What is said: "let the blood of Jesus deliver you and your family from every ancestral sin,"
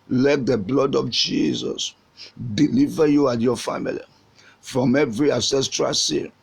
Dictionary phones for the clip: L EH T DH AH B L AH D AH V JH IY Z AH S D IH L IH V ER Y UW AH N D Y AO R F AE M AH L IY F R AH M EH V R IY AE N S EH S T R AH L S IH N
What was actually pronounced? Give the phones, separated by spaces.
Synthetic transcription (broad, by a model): L EH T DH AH B L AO D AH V JH IY Z AH S D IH L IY V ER Y UW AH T Y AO F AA M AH L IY F R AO M EH V R IY AE N S EH S T R AH L S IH